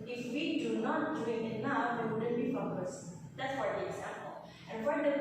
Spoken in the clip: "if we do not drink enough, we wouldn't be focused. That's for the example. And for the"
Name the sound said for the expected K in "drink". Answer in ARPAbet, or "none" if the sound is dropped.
none